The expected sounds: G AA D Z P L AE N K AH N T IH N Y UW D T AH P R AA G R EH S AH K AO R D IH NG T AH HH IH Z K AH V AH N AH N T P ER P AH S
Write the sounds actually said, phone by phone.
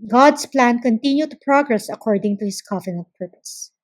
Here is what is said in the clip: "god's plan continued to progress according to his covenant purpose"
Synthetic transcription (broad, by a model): G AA D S P L AE N K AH N T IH N Y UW T AH P R AA G R EH S AH K AO R D IH NG T AH HH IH S K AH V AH N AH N T P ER P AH S